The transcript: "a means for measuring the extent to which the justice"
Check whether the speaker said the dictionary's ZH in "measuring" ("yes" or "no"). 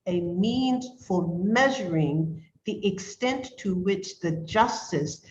yes